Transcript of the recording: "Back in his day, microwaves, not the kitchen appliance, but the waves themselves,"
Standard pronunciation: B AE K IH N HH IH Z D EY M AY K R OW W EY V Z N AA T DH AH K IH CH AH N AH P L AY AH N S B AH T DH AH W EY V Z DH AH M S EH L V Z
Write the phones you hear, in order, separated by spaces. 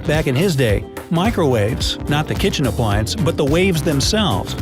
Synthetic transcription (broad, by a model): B AE K IH N IH Z D EY M AY K R OW W EY V Z N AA T DH AH K IH CH AH N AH P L AY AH N S B AH T DH AH W EY V Z DH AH M S EH L V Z